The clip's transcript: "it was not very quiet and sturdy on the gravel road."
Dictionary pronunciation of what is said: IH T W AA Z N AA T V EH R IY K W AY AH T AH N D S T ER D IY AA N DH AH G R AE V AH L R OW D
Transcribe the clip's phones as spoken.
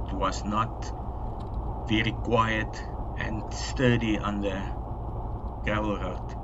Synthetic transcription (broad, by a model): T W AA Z N AA T V EH R IY K W AY AH T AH N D S T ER D IY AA N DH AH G AE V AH L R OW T